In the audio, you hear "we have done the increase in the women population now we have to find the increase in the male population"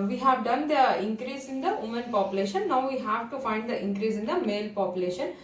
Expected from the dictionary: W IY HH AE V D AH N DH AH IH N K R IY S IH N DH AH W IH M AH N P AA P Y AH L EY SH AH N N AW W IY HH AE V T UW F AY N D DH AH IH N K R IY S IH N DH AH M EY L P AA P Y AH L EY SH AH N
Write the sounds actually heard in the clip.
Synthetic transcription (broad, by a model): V IY HH AE V D AH N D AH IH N K R IY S IH N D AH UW M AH N P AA P Y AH L EY SH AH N N AW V IY HH AE V T UW F AY N D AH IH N K R IY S IH N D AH M EY L P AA P Y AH L EY SH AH N